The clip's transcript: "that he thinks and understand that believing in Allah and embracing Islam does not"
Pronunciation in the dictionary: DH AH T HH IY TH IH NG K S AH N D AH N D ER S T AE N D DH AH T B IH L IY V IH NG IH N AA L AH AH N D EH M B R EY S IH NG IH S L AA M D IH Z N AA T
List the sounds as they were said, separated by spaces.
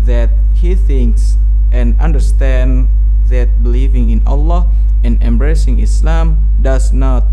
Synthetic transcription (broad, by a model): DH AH T HH IY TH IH NG K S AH N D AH N D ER S T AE N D DH AH T B IH L IY V IH NG IH N AA L AH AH N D EH M B R EY S IH NG IH S L AA M D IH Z N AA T